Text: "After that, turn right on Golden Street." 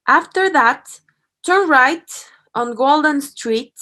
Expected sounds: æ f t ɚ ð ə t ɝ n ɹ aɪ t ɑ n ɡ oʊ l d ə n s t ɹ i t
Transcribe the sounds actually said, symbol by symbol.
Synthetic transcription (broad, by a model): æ f t ɚ ð ə t ɝ n ɹ aɪ t ɑ n ɡ oʊ l d ə n s t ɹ i t